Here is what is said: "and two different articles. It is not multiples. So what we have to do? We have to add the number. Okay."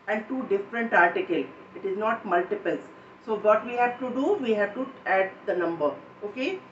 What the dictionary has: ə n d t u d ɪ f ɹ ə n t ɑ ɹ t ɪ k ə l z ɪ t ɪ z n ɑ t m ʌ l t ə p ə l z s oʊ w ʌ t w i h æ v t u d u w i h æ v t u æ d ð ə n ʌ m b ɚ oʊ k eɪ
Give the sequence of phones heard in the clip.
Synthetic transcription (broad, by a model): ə n d t u d ɪ f ɹ ə n t ɑ ɹ t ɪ k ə l ɪ t ɪ z n ɑ t m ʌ l t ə p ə l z s oʊ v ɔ t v i h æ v t u d u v i h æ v t u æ d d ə n ʌ m b ɚ oʊ k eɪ